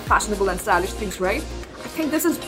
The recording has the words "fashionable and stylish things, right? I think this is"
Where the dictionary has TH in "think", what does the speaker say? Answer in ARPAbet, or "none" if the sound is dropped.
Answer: TH